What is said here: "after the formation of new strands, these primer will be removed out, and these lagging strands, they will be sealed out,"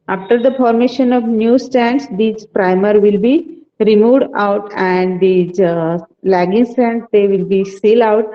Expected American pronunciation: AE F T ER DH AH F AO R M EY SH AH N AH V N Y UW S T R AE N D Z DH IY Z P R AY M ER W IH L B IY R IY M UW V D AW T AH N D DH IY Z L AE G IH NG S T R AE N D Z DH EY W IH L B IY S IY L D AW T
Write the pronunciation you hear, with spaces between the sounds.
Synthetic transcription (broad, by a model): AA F T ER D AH F AO R M EY SH AH N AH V N Y UW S T AE N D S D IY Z P R AY M ER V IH L B IY R IY M UW V D AW T AH N D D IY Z L AE G IH NG S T AE N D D EY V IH L B IY S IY L AW T